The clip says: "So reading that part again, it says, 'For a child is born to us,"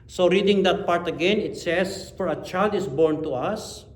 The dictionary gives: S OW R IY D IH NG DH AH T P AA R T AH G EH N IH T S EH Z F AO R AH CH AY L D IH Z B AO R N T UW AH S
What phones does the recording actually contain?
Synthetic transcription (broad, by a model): S OW R IY D IH NG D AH T P AA R T AH G EH N IH T S EH S F AO R AH CH AY L D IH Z B AO R N T UW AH S